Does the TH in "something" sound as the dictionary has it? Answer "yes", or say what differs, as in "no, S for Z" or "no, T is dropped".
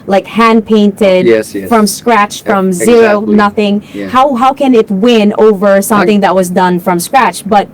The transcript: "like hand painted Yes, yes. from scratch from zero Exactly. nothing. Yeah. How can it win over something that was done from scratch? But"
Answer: yes